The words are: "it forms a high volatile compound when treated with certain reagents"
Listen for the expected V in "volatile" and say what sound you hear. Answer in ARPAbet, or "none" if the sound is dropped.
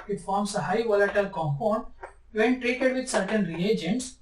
V